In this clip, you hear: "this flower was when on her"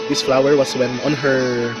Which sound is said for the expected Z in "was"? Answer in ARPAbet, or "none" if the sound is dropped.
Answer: S